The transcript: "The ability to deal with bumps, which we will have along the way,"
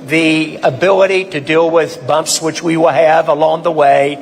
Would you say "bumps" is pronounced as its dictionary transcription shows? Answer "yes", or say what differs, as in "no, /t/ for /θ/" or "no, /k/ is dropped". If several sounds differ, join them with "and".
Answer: yes